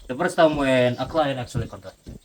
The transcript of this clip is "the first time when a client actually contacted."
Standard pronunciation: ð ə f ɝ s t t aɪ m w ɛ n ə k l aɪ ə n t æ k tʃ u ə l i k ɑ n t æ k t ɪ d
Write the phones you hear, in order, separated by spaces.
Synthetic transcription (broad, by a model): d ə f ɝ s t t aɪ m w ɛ n ə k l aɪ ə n æ k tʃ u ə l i k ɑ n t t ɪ